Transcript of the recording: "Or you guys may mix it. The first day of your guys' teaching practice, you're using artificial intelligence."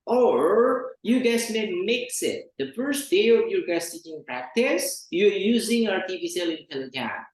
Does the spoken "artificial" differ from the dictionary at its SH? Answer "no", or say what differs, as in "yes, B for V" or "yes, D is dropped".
yes, S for SH